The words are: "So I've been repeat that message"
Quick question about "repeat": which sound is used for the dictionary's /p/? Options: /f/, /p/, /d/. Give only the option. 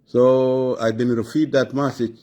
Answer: /f/